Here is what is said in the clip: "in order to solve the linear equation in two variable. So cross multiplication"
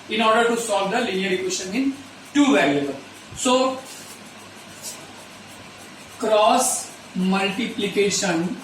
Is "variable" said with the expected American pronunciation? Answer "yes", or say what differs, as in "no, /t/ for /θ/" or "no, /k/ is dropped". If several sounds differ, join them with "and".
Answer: no, /l/ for /ɹ/